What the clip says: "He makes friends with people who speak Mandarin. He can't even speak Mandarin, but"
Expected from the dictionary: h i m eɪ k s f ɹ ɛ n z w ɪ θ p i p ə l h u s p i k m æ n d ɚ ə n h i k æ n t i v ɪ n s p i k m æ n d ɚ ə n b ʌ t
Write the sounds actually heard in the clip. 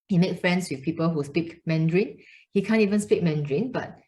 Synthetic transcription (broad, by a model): h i m eɪ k f ɹ ɛ n s w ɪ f p i p ə l h u s p i k m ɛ n d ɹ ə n h i k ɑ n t i v ɪ n s p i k m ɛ n d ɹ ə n b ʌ t